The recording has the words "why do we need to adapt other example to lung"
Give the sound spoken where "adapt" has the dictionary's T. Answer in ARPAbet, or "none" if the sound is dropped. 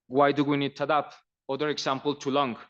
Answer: none